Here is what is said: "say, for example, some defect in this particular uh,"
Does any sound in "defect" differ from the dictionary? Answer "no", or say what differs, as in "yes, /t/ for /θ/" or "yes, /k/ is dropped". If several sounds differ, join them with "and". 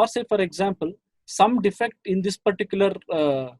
no